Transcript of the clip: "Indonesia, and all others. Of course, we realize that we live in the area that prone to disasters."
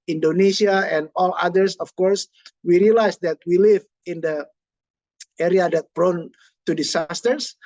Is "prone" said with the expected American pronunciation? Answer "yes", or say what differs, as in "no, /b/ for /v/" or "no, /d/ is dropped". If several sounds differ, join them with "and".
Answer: no, /b/ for /p/